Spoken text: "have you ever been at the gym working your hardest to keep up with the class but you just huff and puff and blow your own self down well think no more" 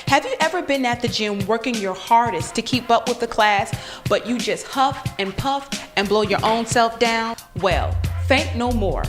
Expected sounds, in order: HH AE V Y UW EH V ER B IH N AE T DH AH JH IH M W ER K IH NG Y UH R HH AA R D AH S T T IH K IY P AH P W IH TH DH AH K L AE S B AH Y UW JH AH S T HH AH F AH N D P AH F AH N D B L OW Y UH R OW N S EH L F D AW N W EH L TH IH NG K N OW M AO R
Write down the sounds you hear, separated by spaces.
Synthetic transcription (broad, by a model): HH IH V Y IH EH V ER B IH N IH T DH AH JH IH M W ER K IH NG Y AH R HH AA R D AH S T T IH K IY P AH P W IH DH AH K L AE S B AH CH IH JH AH S T HH AH F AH N P AH F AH N B L OW Y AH R OW N S EH L F D AW N W EH L F IH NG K N OW M AO R